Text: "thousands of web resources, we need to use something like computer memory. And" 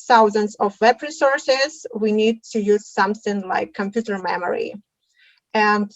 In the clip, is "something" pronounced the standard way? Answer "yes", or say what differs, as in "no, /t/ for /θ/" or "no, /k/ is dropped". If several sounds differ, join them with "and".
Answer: yes